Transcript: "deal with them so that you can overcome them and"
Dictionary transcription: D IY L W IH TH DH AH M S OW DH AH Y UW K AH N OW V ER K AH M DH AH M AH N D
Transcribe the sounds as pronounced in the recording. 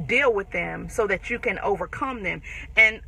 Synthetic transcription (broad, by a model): D IY L W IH DH AH M S OW DH AH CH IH K AH N OW V ER K AH M DH AH M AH N